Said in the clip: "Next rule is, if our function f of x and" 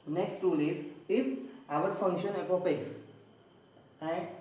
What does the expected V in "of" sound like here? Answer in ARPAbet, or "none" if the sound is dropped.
P